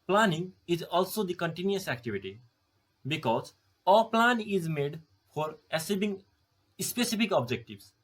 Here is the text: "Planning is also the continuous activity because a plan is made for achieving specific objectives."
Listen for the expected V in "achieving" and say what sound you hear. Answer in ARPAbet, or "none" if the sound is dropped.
B